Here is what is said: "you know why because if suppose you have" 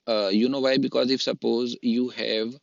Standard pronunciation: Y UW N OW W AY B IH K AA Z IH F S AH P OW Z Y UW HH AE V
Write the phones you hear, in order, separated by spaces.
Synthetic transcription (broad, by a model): Y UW N OW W AY B IH K AA Z IH F S AH P OW Z Y UW HH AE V